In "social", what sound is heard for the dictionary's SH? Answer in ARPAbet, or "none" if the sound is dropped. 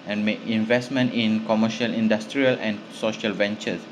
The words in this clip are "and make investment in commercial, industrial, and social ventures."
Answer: SH